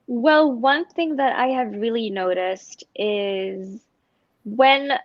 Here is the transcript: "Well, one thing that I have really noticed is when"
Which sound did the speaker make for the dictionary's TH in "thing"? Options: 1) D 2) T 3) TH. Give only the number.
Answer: 3